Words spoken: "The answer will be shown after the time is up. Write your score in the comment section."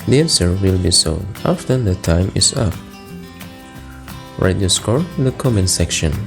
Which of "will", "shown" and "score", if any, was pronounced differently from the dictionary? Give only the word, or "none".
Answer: shown